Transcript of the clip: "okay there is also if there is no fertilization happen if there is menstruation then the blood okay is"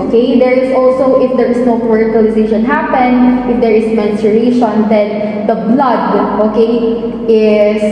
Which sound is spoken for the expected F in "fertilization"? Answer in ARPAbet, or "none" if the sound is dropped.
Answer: P